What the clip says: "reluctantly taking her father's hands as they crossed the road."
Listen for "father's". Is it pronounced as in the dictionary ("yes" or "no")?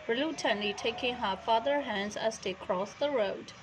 no